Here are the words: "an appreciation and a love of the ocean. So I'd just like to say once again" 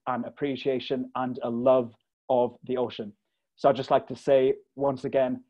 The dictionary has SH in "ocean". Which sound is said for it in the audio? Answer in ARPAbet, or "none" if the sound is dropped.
SH